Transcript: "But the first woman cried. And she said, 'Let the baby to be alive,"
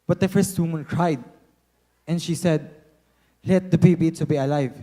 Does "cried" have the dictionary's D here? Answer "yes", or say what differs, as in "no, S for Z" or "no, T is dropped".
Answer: yes